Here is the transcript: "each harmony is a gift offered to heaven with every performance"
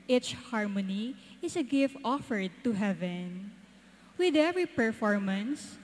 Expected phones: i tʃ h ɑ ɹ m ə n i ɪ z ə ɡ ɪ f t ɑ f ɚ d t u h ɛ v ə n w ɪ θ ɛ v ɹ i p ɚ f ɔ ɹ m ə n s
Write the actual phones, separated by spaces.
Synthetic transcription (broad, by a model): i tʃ h ɑ ɹ m ə n i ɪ s ə ɡ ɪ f t ɑ f ɚ d t u h ɛ v ə n w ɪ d ɛ v ɹ i p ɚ f ɔ ɹ m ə n s